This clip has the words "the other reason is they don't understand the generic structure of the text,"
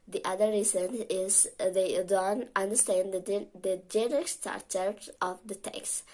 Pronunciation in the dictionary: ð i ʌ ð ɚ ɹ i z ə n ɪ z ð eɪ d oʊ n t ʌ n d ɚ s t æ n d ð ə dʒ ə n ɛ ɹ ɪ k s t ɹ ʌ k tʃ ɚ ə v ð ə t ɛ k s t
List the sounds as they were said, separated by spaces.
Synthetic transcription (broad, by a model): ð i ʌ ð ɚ ɹ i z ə n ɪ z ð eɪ d oʊ n t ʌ n d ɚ s t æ n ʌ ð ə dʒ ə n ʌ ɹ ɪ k s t ɑ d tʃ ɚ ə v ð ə t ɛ k s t